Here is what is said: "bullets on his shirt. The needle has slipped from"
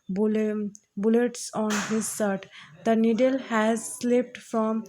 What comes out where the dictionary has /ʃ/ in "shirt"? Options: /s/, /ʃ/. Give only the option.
/s/